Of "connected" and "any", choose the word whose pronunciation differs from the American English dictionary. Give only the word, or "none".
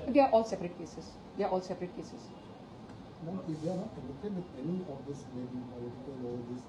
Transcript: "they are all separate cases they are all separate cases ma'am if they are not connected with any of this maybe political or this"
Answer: connected